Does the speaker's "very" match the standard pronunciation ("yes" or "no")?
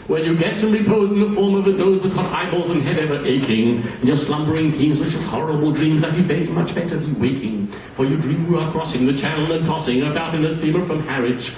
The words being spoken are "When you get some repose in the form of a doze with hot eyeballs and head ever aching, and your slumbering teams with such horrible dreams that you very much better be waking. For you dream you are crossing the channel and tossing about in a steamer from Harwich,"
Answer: no